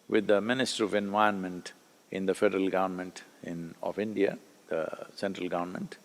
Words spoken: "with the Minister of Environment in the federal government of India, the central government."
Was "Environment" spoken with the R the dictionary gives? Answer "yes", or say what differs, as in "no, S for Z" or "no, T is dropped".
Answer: no, R is dropped